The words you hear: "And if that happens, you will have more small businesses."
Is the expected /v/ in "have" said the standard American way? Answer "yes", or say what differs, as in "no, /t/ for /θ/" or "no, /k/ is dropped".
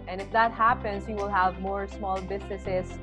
yes